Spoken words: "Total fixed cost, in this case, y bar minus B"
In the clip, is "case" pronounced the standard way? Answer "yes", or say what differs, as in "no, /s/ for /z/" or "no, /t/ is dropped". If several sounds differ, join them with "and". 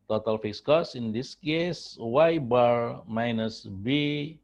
yes